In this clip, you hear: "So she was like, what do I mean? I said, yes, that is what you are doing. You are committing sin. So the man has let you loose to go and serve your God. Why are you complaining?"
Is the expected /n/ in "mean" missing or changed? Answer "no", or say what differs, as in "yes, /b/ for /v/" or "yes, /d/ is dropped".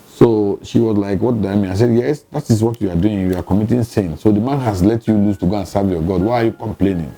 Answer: yes, /n/ is dropped